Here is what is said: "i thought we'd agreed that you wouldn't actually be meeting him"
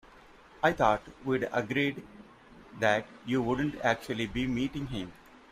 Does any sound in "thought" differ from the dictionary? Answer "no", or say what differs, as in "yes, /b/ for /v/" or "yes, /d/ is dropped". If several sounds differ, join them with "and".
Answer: yes, /t/ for /θ/